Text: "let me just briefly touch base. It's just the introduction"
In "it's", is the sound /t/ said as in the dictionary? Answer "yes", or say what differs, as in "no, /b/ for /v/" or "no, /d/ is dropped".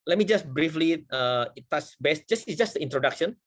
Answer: no, /s/ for /t/